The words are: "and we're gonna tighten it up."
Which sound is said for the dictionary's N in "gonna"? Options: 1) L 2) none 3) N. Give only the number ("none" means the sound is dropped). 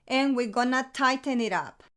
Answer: 3